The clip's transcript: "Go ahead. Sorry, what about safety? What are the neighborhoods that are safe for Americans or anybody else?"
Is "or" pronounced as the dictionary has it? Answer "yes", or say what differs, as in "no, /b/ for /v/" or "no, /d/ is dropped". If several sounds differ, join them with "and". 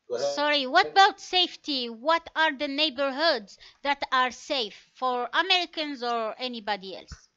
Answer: yes